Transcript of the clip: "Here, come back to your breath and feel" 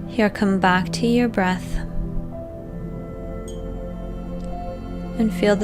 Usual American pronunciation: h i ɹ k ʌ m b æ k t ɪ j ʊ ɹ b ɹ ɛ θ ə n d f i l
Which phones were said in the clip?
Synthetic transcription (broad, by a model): h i ɹ k ʌ m b æ k t ɪ j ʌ ɹ b ɹ ɛ θ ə n f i l